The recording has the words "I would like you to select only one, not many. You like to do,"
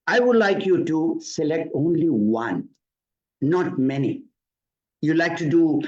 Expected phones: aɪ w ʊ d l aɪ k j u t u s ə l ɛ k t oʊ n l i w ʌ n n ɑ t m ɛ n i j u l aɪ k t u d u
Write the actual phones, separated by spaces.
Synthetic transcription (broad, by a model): aɪ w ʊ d l aɪ k j u t u s ə l ɛ k t oʊ n l i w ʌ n n ɑ t m ɛ n i j u l aɪ k t u d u